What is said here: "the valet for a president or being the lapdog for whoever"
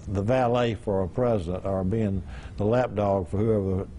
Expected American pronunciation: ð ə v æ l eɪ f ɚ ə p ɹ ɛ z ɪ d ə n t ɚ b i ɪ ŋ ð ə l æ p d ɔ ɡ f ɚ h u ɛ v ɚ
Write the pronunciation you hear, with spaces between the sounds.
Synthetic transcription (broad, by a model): ð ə v æ l eɪ f ɚ ə p ɹ ɛ z ɪ d ə n t ɚ b i ɪ ŋ ð ə l æ p d ɔ ɡ f ɚ h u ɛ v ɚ